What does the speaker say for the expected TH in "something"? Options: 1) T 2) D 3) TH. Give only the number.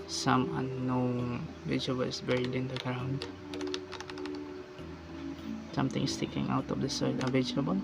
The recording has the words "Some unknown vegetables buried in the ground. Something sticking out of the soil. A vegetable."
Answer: 1